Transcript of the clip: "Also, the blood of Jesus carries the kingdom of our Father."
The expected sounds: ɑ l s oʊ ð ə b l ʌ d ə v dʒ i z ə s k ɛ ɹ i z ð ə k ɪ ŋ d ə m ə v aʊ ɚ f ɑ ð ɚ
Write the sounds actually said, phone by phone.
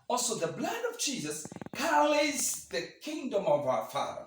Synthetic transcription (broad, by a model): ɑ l s oʊ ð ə b l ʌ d ə v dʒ i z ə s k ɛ l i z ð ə k ɪ ŋ d ə m ə v aʊ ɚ f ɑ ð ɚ